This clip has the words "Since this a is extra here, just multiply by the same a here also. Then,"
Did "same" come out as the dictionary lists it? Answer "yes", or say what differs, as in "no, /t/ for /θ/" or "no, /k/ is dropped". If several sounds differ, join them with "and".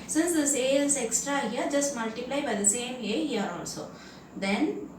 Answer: yes